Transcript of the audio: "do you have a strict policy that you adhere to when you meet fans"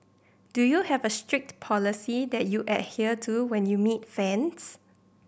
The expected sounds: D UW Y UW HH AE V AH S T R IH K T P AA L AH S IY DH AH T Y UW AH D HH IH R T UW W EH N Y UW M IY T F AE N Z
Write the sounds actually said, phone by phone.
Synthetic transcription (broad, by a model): D UW Y UW HH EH V AH S T R IH K T P AA L AH S IY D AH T Y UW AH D HH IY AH T UW W EH N Y UW M IY T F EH N S